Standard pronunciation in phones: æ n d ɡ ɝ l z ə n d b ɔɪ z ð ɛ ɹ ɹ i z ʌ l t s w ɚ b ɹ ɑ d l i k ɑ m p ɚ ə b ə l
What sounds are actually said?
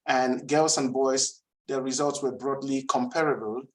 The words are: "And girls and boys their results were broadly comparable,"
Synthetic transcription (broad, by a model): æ n ɡ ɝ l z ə n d b ɔɪ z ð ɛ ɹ ɹ i z ʌ l t s w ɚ b ɹ ɑ d l i k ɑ m p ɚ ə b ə l